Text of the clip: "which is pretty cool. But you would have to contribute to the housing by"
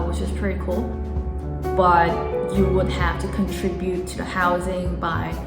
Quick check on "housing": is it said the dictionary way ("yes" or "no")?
yes